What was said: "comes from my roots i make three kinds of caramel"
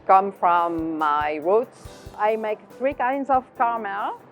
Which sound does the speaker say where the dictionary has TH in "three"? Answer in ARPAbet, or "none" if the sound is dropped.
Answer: TH